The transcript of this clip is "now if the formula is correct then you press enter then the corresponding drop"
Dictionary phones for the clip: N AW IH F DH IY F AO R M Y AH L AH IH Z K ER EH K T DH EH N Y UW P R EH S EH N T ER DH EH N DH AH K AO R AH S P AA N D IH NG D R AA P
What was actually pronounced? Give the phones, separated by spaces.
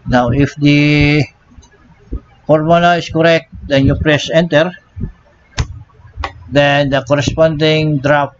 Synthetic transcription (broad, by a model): N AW IH F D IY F AO R M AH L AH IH S K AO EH K T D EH N Y UW P R EH S EH N T ER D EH N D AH K AO R AH S P AA N D IH NG D R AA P